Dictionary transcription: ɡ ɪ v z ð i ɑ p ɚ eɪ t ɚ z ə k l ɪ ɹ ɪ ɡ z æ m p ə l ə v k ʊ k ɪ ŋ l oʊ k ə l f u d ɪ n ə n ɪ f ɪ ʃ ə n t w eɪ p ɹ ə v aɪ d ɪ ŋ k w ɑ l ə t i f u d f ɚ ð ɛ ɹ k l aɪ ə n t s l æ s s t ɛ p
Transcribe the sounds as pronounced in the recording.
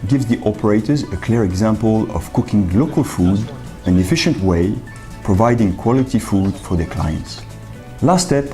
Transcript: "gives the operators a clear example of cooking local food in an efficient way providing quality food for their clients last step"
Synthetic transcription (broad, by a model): ɡ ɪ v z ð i ɑ p ɚ eɪ t ɚ z ə k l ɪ ɹ ɪ ɡ z æ m p ə l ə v k ʊ k ɪ ŋ l oʊ k ə l f u d ɪ n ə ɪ f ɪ ʃ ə n t w eɪ p ɹ ə v aɪ d ɪ ŋ k w ɑ l ə t i f u d f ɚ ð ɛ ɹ k l aɪ ə n t s l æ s s t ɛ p